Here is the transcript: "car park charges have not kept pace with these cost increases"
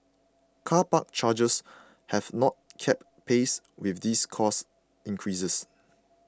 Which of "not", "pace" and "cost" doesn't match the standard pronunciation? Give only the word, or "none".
cost